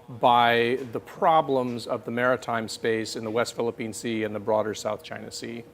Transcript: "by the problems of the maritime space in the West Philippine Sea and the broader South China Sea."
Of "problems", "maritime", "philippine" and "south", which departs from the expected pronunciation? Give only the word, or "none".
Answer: none